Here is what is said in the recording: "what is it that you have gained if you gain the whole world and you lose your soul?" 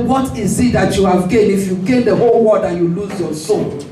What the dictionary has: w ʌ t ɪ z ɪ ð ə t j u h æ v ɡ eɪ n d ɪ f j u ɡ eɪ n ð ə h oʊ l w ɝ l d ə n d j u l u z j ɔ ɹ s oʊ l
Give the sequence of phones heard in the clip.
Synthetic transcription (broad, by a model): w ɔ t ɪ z ɪ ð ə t j u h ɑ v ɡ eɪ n ɪ f j u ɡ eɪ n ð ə h oʊ l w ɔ d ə j u l u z j ɔ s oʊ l